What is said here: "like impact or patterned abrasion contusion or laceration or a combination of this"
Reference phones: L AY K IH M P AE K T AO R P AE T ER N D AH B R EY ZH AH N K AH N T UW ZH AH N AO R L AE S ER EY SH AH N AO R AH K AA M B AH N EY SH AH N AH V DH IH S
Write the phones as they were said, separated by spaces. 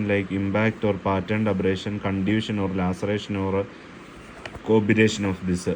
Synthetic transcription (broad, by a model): L AY K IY M B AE K T AO R P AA T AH N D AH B R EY SH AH N K AH N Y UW SH AH N AO R L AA S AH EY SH AH N AO R K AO B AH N EY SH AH N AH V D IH S